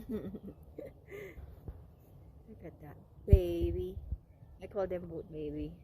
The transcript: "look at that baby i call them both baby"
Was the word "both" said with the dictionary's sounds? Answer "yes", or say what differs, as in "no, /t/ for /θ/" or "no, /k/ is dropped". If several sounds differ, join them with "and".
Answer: no, /t/ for /θ/